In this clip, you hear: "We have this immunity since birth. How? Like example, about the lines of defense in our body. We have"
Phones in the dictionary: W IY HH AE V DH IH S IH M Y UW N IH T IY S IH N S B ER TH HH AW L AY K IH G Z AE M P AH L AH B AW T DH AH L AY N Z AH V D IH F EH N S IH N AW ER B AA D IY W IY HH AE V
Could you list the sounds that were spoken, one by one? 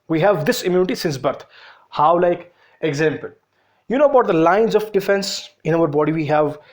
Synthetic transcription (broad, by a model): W IY HH AE V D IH S IH M Y UW N IH T IY S IH N S B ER T HH AW L AY K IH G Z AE M P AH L AH B AW T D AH L AY N Z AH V D IH F EH N S IH N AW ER B AA D IY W IY HH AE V